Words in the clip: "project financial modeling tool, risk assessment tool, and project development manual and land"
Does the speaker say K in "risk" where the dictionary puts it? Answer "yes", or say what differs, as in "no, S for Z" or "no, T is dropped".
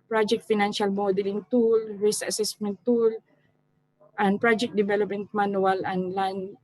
no, K is dropped